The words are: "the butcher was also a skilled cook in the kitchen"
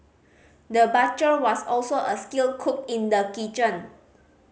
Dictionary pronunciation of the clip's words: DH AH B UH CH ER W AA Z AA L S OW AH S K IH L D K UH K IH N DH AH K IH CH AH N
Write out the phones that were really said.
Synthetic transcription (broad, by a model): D AH B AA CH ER W AA S AA L S OW AH S K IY L K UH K IH N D AH K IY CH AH N